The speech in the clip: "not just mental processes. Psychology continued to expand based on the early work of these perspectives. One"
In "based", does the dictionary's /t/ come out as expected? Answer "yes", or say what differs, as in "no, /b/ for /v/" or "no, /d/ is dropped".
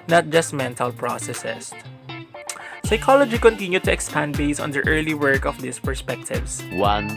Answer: no, /t/ is dropped